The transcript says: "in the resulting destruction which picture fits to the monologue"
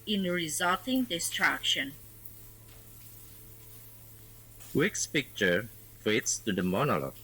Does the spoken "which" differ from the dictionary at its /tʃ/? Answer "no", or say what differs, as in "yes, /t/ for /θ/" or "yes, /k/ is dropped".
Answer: yes, /s/ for /tʃ/